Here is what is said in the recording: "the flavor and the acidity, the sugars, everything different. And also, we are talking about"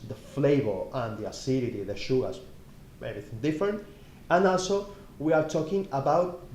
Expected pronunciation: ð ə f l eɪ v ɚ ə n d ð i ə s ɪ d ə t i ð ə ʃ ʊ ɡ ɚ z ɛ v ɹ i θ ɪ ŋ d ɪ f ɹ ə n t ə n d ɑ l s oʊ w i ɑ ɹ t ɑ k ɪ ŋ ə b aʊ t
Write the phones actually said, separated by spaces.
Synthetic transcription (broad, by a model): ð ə f l eɪ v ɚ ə n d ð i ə s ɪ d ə t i ð ə ʃ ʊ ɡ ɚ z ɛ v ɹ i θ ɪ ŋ d ɪ f ɹ ə n t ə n ɑ l s oʊ w i ɑ ɹ t ɑ k ɪ ŋ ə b aʊ t